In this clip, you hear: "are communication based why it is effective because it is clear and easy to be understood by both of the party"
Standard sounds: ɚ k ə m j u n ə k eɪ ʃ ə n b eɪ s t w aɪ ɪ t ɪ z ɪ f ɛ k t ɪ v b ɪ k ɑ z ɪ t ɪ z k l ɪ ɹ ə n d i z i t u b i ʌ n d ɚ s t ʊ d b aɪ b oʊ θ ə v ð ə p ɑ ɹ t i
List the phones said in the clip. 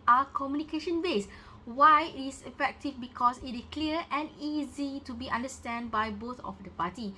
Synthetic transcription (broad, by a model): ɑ k ə m j u n ə k eɪ ʃ ə n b eɪ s w aɪ ɪ t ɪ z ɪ f ɛ k t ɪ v b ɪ k ɑ s ɪ t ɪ s k l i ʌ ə n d i z i t u b i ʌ n d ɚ s t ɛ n b aɪ b oʊ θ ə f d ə p ɑ t i